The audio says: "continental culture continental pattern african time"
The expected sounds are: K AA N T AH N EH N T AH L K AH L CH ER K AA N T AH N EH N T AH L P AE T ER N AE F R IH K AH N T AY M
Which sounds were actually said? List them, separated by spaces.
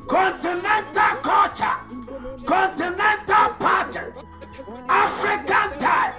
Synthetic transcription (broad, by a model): K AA N T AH N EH N T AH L K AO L CH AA K AA N T AH N EH N T AH L P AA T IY AA F R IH K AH N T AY